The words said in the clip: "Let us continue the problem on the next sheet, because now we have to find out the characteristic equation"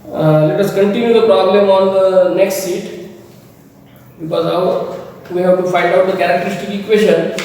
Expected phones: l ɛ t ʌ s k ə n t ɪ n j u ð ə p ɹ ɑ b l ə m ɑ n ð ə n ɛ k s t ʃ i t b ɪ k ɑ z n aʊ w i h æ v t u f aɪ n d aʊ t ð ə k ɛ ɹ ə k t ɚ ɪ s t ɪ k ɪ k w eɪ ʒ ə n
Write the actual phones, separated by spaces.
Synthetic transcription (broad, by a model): l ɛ t ʌ s k ə n t ɪ n j u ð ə p ɹ ɑ b l ə m ɑ n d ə n ɛ k s t s i t b ɪ k ɑ z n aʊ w i h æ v t u f aɪ n d aʊ t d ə k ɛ ɹ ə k t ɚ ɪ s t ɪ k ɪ k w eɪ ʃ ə n